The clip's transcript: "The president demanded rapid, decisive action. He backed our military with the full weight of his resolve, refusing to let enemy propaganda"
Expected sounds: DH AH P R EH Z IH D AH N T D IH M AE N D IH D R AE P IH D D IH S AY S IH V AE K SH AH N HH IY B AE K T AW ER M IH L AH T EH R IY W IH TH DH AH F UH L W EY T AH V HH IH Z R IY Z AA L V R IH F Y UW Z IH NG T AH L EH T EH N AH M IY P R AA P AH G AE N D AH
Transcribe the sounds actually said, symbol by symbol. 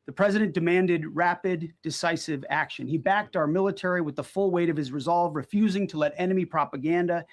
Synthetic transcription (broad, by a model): DH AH P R EH Z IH D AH N D IH M AE N D IH D R AE P IH D D IH S AY S IH V AE K SH AH N IY B AE K T AW ER M IH L AH T EH R IY W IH DH AH F UH L W EY T AH V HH IH Z R IY Z AA L V R IH F Y UW Z IH NG T AH L EH T EH N AH M IY P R AA P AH G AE N D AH